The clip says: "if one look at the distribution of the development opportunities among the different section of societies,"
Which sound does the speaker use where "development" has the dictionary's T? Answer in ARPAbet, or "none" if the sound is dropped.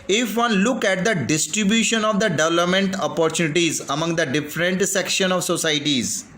T